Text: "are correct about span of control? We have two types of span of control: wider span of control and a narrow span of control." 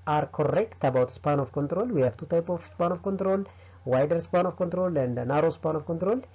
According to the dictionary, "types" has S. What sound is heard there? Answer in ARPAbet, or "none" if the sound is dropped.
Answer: none